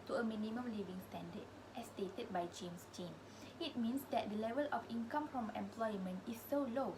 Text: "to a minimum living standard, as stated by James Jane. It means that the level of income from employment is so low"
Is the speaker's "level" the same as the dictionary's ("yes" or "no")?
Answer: yes